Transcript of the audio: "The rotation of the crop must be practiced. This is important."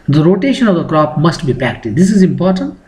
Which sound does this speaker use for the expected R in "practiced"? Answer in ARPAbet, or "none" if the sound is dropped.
none